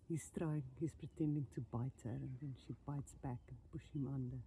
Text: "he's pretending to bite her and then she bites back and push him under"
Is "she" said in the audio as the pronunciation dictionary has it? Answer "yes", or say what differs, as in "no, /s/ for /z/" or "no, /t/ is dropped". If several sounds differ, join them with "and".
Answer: yes